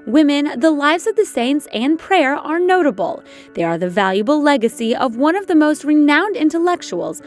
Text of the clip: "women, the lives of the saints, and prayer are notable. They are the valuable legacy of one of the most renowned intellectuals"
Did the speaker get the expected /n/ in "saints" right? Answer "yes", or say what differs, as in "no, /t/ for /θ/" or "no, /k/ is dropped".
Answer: yes